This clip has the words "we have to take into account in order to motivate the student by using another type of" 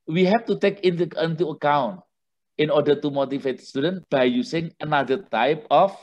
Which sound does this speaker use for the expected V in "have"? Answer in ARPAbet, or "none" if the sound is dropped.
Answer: F